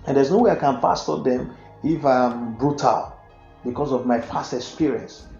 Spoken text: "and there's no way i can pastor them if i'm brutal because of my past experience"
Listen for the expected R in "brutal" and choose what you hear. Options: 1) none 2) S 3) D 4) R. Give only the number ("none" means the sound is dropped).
4